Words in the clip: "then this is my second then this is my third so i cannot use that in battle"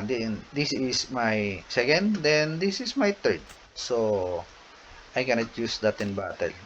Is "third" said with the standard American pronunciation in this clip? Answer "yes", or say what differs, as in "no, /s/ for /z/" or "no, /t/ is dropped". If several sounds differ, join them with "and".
no, /t/ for /θ/